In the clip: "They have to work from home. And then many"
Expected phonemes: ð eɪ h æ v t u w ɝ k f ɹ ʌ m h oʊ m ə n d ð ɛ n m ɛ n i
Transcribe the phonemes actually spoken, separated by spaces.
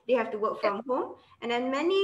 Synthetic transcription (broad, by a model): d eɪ h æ f t u w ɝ k f ɹ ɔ m h oʊ m ə n d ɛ n m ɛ n i